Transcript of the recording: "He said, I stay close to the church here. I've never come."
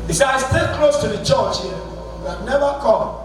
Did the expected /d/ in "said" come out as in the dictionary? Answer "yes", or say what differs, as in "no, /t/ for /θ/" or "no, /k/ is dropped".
no, /d/ is dropped